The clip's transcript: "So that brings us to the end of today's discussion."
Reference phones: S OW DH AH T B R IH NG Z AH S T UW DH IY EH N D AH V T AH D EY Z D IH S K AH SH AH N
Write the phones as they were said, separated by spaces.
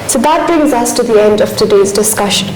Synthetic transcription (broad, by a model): S OW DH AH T B R IH NG Z AH S T UW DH IY EH N D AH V T AH D EY Z D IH S K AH SH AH N